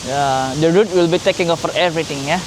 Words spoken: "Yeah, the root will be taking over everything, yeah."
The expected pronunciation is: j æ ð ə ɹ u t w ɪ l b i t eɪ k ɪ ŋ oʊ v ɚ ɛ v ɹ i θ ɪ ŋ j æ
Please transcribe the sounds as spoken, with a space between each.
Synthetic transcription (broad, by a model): j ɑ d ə ɹ u t w ɪ l b i t eɪ k ɪ ŋ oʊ f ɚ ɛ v ɹ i t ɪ ŋ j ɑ